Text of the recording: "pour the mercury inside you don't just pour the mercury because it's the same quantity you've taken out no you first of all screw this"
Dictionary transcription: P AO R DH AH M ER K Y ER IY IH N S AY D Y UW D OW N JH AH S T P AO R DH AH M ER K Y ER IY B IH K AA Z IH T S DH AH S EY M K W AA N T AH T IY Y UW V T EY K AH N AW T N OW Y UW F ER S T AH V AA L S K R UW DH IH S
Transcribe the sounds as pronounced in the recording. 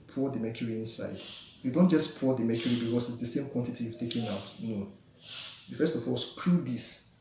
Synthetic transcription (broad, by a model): P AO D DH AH M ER K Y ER IY IH N S AY D Y UW D OW N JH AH S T P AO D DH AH M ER K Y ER IY B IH K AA S IH T S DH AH S EY M K W AA N T AH T IY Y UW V T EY K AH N AW T N OW Y UW F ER S T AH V AA L S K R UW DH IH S